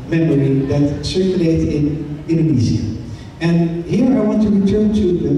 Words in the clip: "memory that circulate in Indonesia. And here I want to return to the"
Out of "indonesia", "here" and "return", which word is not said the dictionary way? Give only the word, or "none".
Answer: indonesia